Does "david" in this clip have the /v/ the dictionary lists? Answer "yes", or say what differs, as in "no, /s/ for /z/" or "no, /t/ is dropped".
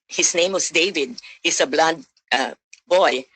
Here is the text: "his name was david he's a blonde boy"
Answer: yes